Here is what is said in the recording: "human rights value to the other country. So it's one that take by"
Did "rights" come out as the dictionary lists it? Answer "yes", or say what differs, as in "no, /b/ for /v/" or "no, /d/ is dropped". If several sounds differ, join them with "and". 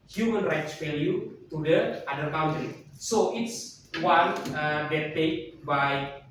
yes